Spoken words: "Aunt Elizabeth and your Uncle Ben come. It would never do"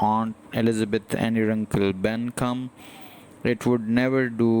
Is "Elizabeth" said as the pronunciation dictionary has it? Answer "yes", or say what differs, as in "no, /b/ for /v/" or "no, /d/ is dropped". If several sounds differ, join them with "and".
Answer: no, /t/ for /θ/